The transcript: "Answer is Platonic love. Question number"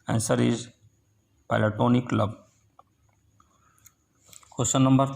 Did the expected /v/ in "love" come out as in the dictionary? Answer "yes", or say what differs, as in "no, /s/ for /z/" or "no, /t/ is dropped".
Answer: no, /b/ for /v/